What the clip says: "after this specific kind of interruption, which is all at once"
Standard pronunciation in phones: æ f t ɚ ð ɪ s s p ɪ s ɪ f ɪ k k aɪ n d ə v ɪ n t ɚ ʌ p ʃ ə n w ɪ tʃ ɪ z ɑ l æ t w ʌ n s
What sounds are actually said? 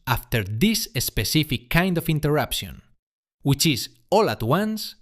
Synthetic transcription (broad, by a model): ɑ f t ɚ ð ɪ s s p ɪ s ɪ f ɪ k k aɪ n d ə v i n t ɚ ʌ p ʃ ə n w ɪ tʃ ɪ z ɑ l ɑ t w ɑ n s